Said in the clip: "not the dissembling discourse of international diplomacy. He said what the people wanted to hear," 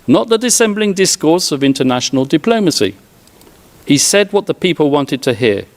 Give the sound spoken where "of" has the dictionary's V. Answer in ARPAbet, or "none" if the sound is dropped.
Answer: V